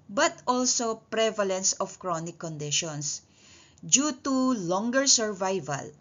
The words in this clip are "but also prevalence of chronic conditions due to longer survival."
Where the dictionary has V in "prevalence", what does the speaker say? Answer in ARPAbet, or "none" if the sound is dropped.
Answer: V